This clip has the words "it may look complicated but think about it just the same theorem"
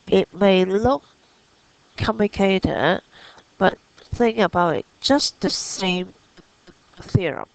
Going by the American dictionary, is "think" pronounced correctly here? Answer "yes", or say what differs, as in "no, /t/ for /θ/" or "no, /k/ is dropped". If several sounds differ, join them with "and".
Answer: no, /k/ is dropped